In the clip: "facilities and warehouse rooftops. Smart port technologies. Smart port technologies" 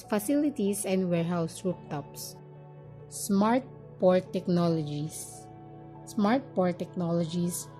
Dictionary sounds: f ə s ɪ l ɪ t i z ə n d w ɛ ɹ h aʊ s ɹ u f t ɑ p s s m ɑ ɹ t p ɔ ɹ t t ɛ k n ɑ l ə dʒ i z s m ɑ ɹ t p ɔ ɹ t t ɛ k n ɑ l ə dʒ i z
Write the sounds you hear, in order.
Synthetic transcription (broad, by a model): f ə s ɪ l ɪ t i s ə n d w ɛ ɹ h aʊ s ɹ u p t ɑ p s s m ɑ ɹ t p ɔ ɹ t t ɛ k n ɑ l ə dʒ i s s m ɑ ɹ t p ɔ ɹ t t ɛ k n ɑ l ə dʒ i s